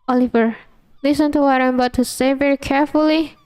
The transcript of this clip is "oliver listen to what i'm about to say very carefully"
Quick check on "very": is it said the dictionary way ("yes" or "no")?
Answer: yes